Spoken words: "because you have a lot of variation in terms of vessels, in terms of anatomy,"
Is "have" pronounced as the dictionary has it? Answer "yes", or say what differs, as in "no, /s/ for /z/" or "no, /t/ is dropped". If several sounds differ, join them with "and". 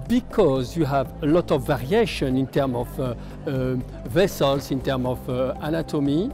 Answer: yes